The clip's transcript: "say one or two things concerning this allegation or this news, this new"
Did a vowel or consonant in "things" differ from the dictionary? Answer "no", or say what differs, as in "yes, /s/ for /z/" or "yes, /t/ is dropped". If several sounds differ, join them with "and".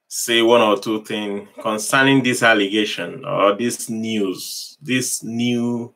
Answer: yes, /z/ is dropped